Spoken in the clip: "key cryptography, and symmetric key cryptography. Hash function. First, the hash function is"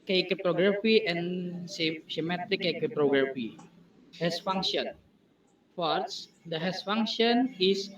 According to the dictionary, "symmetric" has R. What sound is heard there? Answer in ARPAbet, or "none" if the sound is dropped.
none